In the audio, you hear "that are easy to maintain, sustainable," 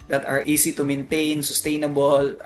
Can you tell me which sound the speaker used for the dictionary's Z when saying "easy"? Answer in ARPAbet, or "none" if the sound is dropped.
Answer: S